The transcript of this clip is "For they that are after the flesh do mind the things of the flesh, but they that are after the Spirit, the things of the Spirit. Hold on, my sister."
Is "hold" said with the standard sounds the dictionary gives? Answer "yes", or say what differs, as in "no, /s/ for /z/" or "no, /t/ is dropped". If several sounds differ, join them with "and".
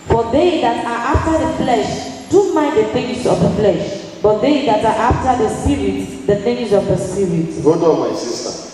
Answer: no, /l/ is dropped